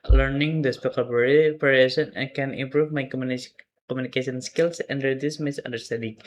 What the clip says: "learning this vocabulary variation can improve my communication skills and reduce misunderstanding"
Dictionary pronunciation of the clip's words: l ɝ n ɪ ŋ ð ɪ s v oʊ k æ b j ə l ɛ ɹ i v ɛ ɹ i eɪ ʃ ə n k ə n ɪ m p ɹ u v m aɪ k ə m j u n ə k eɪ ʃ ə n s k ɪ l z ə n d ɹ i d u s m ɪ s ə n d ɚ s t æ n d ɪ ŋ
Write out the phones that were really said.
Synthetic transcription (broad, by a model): l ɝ n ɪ ŋ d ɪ s p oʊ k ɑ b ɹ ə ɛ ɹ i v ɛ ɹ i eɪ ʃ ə n k ə n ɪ m p ɹ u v m aɪ k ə m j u n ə k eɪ s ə n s k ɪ l s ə n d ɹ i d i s m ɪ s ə n d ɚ s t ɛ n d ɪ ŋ